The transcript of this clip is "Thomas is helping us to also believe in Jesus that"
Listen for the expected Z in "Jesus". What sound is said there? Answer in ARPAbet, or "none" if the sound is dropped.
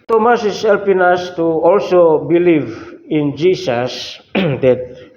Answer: S